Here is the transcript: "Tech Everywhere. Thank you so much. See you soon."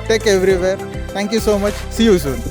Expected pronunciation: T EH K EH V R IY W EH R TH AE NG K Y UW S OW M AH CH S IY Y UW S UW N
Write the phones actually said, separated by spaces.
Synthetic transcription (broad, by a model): T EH K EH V R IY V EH R T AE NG K Y UW S OW M AH CH S IY Y UW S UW N